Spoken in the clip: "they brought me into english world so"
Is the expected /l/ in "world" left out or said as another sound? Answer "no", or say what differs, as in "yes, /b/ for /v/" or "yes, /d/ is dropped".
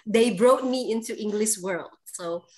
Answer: no